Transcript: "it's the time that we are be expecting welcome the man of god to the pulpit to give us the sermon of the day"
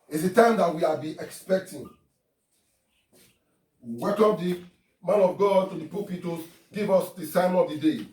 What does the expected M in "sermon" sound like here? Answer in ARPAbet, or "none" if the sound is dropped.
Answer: none